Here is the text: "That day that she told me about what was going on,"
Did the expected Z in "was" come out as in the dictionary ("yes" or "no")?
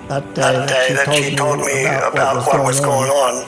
yes